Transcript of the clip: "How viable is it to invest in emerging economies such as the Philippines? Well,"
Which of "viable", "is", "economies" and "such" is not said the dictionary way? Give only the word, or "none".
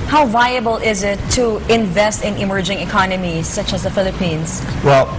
none